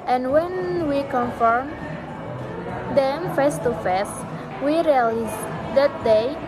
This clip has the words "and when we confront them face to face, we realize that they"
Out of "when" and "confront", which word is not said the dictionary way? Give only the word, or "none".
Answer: confront